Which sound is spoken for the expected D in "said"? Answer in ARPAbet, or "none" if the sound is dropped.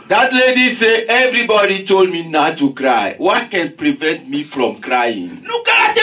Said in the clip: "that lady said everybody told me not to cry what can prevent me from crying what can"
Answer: none